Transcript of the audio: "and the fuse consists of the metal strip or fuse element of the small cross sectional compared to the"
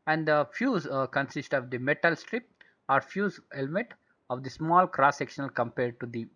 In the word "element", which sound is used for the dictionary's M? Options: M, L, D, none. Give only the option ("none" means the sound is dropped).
M